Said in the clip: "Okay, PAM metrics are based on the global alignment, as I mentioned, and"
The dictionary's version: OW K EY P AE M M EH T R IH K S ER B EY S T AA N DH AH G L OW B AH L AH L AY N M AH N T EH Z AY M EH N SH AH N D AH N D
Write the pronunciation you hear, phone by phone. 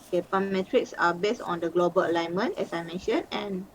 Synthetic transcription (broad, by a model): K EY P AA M M EH T R IH K S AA B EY S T AA N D AH G L OW B AH L AH L AY N M AH N T EH S AY M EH N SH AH N AH N